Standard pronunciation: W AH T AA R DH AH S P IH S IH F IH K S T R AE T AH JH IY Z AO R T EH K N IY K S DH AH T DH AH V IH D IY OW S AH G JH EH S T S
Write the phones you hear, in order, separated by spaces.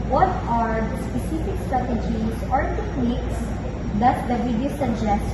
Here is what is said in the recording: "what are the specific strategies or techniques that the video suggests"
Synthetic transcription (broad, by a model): W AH T AA R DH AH S P IH S IH F IH K S T R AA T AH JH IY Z AO R T EH K N IY K S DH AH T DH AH W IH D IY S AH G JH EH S S